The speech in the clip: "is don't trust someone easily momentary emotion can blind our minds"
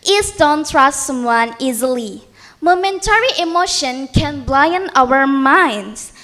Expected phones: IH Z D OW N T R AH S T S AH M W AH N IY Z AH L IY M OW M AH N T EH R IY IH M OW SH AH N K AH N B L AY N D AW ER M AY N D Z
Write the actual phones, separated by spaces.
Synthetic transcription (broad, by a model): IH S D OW N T R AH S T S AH M W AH N IY Z AH L IY M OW M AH N T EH R IY IH M OW SH AH N K AH N B L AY N AW ER M AY N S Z